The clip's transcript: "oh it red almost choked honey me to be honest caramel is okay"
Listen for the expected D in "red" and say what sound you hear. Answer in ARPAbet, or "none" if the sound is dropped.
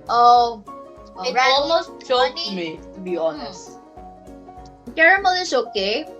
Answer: none